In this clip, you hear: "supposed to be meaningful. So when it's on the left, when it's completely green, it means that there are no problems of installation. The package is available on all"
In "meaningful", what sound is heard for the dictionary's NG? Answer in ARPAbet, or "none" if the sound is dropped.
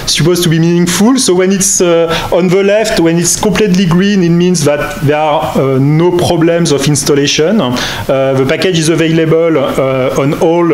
NG